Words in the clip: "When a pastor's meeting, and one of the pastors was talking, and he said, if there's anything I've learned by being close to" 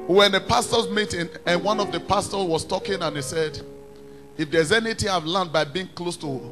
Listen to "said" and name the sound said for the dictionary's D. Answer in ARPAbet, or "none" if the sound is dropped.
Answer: D